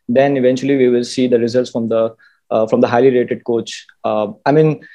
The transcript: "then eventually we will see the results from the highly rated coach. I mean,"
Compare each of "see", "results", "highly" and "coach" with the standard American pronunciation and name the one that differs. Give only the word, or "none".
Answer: none